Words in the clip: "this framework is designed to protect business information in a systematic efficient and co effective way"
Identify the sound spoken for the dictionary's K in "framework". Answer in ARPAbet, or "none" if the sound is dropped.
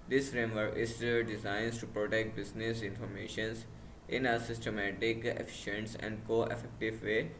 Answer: none